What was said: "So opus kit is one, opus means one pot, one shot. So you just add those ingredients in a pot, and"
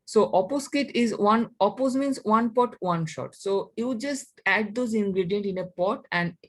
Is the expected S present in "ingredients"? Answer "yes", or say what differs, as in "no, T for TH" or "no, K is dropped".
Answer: no, S is dropped